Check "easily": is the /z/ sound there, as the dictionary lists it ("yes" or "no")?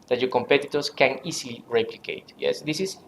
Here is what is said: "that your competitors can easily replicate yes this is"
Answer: no